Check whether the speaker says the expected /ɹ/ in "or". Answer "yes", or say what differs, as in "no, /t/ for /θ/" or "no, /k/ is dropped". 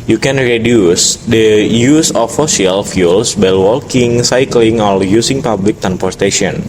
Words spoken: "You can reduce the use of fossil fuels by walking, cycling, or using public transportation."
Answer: no, /l/ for /ɹ/